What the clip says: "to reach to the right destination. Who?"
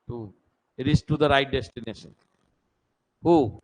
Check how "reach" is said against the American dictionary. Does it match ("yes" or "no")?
no